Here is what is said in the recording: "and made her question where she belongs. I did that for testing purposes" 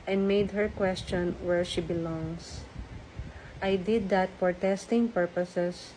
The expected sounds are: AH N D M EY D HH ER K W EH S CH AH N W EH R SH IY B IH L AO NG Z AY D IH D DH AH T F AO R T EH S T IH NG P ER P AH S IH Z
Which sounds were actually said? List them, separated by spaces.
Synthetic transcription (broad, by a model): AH N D M EY D HH ER K W EH S CH AH N W EH R SH IY B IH L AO NG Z AY D IH D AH T F AO R T EH S T IH NG P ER P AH S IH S